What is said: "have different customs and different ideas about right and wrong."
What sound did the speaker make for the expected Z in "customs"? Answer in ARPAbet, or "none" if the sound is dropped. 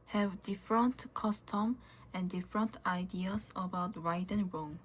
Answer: none